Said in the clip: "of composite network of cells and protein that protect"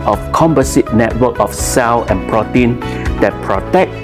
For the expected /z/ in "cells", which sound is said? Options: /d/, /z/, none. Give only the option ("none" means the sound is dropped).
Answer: none